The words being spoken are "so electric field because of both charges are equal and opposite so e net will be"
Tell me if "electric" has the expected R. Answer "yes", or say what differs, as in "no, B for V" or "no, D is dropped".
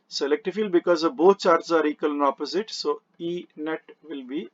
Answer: no, R is dropped